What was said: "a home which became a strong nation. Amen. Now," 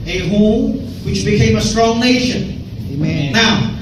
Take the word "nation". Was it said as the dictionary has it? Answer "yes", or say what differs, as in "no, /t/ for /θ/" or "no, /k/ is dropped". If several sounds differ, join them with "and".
no, /ʃ/ is dropped